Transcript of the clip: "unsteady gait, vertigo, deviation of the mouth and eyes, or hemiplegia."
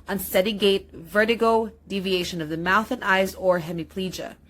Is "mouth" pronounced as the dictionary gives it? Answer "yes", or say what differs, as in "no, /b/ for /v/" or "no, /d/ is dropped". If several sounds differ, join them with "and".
yes